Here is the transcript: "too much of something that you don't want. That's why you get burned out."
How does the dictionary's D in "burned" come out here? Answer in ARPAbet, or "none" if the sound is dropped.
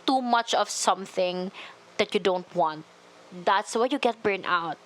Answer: none